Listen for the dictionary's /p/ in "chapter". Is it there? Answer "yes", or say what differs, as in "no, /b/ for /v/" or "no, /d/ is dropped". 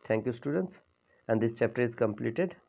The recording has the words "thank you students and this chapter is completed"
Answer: yes